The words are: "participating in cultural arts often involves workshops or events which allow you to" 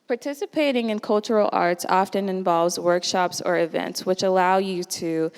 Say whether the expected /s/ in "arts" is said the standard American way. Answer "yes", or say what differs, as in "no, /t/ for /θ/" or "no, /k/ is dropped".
yes